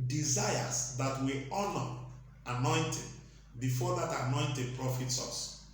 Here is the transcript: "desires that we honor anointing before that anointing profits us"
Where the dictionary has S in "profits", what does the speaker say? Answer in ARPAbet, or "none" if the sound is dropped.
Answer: S